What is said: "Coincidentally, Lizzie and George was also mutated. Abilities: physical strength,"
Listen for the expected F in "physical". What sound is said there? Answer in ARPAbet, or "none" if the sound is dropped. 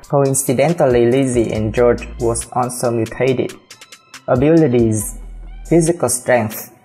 F